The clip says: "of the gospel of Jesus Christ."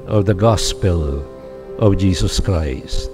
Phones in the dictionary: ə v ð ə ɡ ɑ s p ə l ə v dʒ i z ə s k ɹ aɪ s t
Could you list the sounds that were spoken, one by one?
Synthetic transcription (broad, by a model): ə v ð ə ɡ ɑ s p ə l ə v dʒ i z ə s k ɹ aɪ s t